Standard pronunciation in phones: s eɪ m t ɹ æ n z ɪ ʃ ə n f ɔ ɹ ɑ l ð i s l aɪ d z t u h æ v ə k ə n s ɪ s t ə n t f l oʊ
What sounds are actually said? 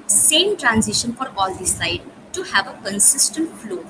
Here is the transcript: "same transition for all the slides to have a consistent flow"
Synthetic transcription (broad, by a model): s eɪ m t ɹ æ n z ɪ ʃ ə n f ɔ ɹ ɑ l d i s aɪ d t u h æ v ə k ə n s ɪ s t ə n t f l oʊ